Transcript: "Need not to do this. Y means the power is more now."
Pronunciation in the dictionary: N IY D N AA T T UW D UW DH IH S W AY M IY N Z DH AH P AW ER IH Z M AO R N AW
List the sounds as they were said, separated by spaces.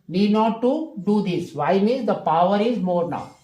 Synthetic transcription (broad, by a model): N IY D N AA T T UW D UW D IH S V AY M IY Z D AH P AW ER IH Z M AO R N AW